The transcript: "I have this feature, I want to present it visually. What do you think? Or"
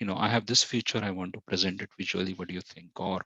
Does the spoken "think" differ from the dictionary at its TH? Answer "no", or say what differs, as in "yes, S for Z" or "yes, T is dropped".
yes, T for TH